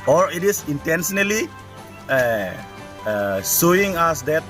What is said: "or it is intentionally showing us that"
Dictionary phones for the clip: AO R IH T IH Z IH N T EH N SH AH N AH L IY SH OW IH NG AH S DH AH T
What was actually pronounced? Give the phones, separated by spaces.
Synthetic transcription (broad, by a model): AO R IH T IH S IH N T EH N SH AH N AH L IY S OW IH NG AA S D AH T